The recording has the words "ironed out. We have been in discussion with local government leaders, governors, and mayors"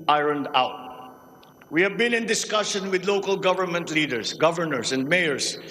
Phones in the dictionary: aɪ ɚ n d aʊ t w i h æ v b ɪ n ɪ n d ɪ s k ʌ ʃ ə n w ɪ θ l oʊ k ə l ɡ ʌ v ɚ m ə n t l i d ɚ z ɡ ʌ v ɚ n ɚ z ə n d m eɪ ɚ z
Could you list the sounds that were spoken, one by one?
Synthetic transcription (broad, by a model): aɪ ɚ n d aʊ t w i h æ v b ɪ n ɪ n d ɪ s k ʌ ʃ ə n w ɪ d l oʊ k ə l ɡ ʌ v ɚ m ə n t l i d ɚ s ɡ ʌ v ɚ n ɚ s ə n d m eɪ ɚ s